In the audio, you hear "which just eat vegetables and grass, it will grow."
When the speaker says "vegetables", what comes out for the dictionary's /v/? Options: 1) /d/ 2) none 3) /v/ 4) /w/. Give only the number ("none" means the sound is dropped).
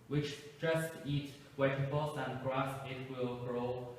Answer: 4